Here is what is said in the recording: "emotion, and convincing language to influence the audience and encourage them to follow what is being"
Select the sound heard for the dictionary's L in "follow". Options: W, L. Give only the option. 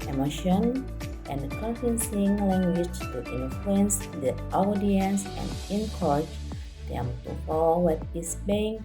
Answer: W